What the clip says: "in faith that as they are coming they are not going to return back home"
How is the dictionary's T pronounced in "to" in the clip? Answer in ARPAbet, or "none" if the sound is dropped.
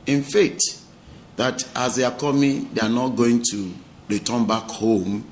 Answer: T